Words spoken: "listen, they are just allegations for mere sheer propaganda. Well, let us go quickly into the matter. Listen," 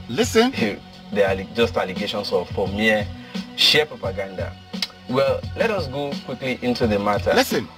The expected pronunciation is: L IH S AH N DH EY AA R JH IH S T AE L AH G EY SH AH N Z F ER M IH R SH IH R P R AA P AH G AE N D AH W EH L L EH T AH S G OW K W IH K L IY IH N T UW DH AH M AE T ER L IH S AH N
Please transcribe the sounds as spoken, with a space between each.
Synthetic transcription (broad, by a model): L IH S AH N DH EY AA L JH IH S T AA L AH G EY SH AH N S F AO M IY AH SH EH P R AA P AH G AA N D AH W EH L L EH T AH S G OW K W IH K L IY IH N T UW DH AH M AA T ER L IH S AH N